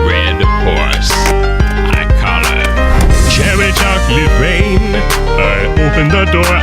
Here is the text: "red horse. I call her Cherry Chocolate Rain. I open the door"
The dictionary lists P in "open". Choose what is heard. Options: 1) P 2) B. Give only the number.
1